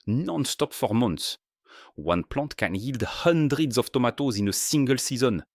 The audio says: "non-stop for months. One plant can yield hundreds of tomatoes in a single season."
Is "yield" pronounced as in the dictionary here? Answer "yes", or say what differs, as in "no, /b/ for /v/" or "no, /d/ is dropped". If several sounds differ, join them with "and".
yes